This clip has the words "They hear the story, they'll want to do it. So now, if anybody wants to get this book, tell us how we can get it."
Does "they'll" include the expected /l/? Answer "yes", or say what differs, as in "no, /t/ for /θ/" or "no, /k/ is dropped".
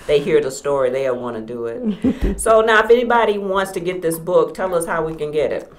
no, /n/ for /l/